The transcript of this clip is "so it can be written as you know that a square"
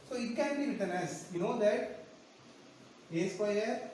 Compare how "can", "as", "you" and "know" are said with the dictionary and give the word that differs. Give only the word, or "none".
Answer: as